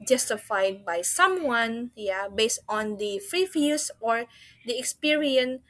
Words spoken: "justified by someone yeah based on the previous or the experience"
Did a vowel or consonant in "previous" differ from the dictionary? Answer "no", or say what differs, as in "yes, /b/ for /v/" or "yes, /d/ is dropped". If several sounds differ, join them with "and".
yes, /f/ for /p/